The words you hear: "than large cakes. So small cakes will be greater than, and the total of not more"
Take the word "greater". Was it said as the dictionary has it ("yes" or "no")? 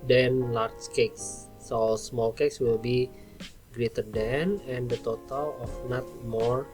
yes